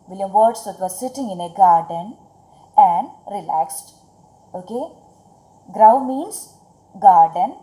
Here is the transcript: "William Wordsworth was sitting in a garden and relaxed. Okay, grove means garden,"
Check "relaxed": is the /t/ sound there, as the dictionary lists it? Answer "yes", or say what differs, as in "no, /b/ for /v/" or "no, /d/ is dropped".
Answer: yes